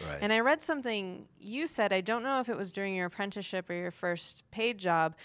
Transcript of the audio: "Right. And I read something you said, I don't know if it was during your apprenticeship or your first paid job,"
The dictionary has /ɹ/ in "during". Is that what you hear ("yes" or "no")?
yes